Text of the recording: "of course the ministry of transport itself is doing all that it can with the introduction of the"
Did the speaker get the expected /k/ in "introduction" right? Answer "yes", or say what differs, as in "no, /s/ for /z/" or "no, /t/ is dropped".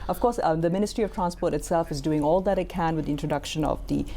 yes